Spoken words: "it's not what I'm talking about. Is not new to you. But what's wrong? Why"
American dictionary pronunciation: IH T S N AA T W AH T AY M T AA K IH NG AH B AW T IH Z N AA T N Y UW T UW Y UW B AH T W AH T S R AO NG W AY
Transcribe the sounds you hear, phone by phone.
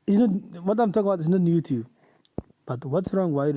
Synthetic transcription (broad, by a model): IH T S N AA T W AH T AY M T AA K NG AH B AW T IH S N AA T N Y UW T UW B B AH T W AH T S R AO NG W AY